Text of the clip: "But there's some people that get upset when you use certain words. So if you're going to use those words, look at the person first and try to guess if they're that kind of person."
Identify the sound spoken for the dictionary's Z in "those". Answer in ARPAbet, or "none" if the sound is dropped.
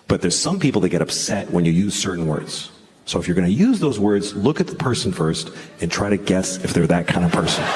Z